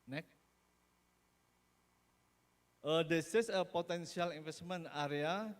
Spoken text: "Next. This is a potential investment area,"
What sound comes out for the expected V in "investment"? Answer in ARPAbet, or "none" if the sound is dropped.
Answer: F